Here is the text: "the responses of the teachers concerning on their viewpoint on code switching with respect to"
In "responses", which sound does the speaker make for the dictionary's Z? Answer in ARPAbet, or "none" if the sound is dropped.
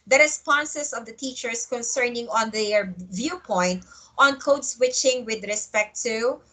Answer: S